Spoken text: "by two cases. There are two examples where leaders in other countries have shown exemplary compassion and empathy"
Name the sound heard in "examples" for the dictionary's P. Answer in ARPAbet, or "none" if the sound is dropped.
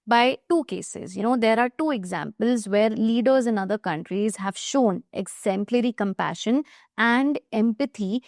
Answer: P